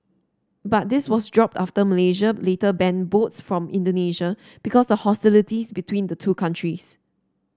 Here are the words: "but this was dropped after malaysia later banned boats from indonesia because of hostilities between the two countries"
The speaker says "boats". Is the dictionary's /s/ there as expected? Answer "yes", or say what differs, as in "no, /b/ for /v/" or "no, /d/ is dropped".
yes